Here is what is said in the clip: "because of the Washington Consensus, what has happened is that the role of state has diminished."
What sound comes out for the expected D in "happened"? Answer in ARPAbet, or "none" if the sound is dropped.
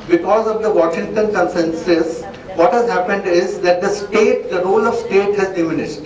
D